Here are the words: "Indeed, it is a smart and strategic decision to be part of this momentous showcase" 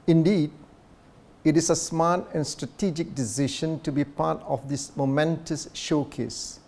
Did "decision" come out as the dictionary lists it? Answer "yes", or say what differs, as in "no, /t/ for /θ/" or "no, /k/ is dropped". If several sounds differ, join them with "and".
no, /ʃ/ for /ʒ/